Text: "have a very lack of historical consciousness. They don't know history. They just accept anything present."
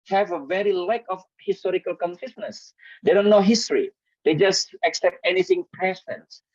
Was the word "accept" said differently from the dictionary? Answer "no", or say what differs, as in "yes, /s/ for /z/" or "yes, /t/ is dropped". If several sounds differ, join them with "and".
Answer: no